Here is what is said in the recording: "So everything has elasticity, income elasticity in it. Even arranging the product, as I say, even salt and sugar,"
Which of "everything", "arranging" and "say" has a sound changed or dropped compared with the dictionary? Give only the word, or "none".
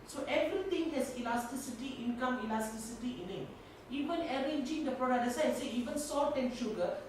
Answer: everything